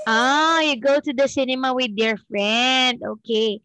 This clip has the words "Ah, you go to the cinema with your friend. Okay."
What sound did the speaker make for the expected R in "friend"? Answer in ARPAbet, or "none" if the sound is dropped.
R